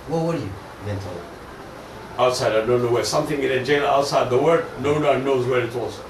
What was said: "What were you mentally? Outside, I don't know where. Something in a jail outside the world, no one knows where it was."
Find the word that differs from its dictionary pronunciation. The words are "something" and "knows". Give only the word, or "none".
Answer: none